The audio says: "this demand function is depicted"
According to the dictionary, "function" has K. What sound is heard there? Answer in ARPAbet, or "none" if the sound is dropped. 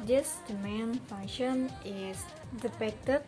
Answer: none